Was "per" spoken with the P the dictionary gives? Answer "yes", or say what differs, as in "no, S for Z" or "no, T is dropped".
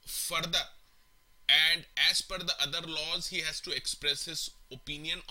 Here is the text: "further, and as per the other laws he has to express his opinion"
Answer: no, F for P